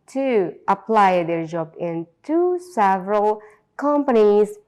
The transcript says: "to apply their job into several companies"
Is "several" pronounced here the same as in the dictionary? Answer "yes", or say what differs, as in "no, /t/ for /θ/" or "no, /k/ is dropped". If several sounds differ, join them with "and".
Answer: yes